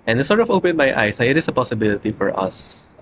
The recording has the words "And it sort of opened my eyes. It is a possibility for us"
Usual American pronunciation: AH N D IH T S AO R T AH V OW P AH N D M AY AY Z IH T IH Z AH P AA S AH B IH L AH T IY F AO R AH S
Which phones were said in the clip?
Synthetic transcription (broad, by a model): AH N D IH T S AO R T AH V OW P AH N M AY AY S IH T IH S AH P AA S AH B IH L AH T IY F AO R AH S